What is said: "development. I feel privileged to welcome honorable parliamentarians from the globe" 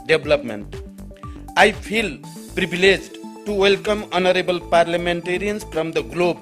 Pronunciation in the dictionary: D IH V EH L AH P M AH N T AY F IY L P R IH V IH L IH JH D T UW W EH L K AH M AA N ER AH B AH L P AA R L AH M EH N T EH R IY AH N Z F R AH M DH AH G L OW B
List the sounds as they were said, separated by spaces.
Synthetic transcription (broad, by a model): D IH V L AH P M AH N T AY P IY L P R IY B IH L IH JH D T UW W EH L K AH M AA N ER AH B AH L P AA R L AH M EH N T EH R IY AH N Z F R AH M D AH G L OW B